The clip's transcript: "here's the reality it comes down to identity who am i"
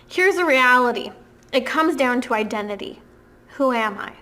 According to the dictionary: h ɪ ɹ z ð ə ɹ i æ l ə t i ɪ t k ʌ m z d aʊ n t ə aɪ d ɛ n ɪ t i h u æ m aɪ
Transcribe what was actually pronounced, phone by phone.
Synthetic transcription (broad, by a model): h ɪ ɹ z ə ɹ i æ l ə t i ɪ t k ʌ m z d aʊ n t ə aɪ d ɛ n ɪ t i h u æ m aɪ